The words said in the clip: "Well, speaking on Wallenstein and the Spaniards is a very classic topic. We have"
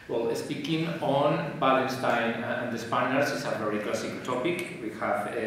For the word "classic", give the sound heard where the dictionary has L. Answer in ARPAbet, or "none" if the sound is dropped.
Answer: none